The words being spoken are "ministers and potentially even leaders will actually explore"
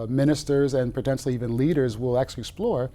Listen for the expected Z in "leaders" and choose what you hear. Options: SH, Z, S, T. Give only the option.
Z